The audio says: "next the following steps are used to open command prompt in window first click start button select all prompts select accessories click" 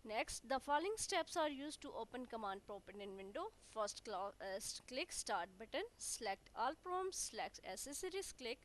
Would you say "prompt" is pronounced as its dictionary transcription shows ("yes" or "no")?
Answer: no